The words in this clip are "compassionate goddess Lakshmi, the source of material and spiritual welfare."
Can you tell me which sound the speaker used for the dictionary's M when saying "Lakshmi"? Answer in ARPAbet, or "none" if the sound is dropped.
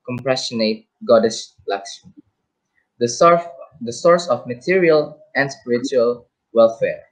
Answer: none